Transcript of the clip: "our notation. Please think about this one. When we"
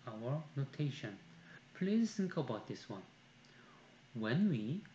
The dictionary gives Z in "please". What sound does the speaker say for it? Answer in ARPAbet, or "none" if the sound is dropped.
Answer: S